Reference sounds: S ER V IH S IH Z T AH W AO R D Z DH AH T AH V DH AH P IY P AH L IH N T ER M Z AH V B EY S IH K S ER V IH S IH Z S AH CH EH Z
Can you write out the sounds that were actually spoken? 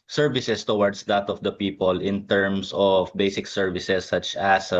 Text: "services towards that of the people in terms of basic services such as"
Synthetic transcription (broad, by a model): S ER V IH S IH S T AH W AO R D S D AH T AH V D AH P IY P AH L IH N T ER M S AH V B EY S IH K S ER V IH S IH S AH CH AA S